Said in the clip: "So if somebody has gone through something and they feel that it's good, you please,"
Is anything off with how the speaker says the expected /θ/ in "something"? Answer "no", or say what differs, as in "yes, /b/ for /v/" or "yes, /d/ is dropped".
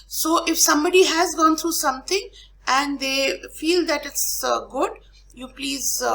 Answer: yes, /t/ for /θ/